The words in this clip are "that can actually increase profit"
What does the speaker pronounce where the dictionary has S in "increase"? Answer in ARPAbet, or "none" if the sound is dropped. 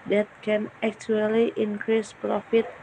S